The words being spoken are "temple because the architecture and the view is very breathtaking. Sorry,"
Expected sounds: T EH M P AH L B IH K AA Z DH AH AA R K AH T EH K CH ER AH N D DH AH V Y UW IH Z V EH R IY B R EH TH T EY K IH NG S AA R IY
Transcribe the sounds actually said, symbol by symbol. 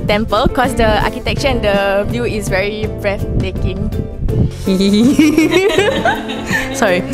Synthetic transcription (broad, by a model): T EH M P AH L K AA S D AH AA K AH T EH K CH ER AH N D AH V Y UW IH S V EH R IY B R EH F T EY K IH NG S AA R IY